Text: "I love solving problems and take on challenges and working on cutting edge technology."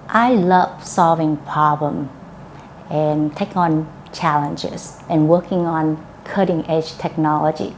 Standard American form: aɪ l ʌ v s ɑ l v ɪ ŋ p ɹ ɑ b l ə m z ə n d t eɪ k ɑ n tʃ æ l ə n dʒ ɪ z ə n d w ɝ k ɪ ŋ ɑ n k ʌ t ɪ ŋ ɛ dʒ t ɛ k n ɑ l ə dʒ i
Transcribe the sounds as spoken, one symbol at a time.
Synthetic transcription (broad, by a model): aɪ l ʌ v s ɑ l v ɪ ŋ p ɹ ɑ b l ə m ə n t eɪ k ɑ n tʃ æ l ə n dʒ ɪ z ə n w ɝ k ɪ ŋ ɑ n k ʌ t ɪ ŋ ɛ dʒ t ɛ k n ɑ l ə dʒ i